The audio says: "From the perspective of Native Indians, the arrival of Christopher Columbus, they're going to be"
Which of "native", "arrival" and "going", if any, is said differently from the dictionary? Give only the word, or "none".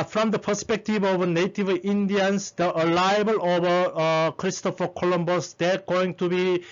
arrival